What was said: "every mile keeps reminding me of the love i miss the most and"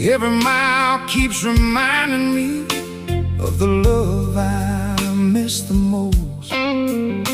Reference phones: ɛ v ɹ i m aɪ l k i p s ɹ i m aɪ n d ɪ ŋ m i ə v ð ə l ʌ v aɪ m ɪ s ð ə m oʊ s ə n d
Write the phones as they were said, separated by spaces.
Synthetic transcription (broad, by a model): ɛ v ɹ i m aɪ l k i p s ɹ i m aɪ n d ɪ ŋ m i ə v ð ə l ʌ v aɪ m ɪ s ð ə m oʊ ə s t